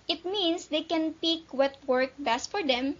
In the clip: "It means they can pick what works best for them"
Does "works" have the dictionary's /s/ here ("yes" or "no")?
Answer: no